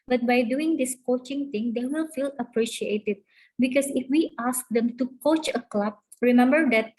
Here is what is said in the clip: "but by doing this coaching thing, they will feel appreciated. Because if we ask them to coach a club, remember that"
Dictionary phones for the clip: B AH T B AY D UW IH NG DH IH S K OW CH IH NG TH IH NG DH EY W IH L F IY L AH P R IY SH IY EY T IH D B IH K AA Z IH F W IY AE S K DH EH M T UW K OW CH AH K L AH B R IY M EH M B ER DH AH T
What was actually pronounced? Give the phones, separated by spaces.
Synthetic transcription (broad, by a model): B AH T B AY D UW IH NG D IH S K OW CH IH NG T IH NG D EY W IH L F IY L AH P R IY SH IY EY T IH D B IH K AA S IH F W IY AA S K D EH M T UW K OW CH AH K L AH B R IY M EH M B ER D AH T